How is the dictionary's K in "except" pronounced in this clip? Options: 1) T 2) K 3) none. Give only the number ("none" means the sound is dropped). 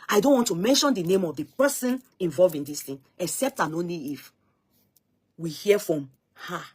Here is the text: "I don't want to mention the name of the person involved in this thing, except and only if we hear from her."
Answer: 2